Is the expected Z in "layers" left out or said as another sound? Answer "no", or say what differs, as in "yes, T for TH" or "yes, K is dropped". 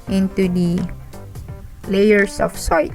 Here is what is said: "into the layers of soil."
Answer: yes, S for Z